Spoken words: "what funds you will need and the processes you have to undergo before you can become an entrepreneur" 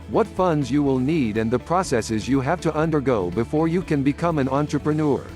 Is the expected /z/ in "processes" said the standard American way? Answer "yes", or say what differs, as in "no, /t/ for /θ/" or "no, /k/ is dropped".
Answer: yes